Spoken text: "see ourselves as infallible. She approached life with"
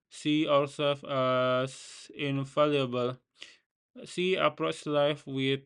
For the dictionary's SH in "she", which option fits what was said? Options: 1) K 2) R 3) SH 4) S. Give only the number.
4